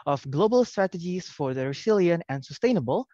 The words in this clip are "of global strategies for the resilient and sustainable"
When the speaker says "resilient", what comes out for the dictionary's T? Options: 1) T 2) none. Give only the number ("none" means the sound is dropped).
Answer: 2